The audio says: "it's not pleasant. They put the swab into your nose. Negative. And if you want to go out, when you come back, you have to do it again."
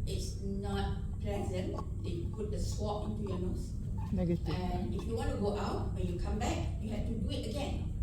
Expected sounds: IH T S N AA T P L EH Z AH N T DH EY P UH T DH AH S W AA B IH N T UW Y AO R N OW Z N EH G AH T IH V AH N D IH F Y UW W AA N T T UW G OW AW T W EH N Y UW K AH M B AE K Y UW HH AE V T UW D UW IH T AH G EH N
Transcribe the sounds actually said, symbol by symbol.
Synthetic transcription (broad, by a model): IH T S N AA T P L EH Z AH N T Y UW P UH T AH S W AA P IH N T UW Y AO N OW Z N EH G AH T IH AH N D IH F Y UW W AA N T T UW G OW AW T W EH N Y UW K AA M B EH K Y UW HH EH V T UW D UW IH T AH G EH N